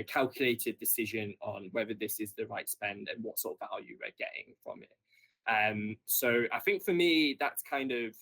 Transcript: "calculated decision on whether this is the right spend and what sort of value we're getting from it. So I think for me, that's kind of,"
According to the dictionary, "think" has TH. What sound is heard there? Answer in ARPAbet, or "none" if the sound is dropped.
TH